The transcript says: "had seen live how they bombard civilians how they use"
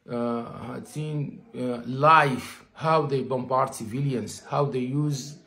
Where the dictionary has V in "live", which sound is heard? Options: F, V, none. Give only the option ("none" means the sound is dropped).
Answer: F